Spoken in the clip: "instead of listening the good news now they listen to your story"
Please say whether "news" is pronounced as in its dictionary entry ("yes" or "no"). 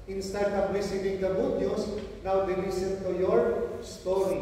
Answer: no